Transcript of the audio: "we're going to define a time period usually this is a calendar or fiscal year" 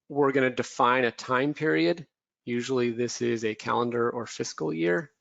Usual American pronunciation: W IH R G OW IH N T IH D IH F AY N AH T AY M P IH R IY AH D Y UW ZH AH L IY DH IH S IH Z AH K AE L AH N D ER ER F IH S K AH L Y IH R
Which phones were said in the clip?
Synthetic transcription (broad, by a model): W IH R G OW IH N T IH D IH F AY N AH T AY M P IH R IY AH D Y UW ZH L IY DH IH S IH Z AH K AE L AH N D ER ER F IH S K L Y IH R